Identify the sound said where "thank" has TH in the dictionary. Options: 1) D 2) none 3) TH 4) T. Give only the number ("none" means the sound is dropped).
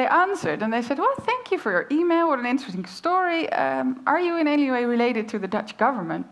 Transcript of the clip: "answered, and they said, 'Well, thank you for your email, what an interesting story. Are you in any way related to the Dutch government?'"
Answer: 3